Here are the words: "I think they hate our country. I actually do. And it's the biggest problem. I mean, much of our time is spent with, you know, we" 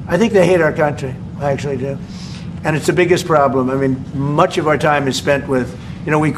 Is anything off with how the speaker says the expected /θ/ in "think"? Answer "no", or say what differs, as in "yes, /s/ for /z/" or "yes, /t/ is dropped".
no